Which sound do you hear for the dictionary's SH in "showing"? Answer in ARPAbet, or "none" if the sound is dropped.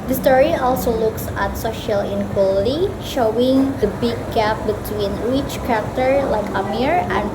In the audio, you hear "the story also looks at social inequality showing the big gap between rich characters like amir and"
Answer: SH